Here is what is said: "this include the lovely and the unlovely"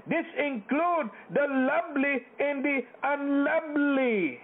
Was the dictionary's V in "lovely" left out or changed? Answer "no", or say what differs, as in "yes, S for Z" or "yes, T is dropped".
yes, B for V